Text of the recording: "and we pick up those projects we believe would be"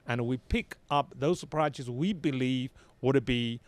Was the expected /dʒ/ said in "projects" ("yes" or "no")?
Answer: no